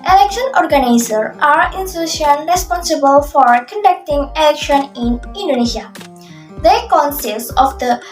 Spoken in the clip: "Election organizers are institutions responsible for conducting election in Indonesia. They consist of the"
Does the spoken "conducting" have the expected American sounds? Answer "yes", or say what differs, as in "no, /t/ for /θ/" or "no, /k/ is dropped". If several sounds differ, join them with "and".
yes